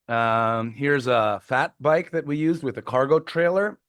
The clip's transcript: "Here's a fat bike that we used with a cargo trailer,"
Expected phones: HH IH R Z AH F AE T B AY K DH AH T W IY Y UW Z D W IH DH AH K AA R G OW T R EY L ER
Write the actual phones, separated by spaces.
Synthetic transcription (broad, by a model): HH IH R Z AH F AE T B AY K DH AH T W IY Y UW Z D W IH DH AH K AA R G OW T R EY L ER